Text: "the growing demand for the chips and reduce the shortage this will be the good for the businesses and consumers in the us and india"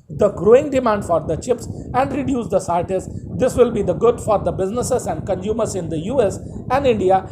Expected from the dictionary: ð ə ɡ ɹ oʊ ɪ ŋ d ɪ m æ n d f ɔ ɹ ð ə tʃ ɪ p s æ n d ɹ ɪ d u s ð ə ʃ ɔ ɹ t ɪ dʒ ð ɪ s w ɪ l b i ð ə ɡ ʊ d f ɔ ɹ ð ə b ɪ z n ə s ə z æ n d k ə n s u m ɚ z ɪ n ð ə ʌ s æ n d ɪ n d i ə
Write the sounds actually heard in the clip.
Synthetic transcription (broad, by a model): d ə ɡ ɹ oʊ ɪ ŋ d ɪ m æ n d f ɔ ɹ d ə tʃ ɪ p s æ n d ɹ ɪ d u s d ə s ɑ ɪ t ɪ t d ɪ s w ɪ l b i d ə ɡ ʊ d f ɔ ɹ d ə b ɪ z n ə s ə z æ n d k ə n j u m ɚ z ɪ n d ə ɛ s æ n d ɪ n d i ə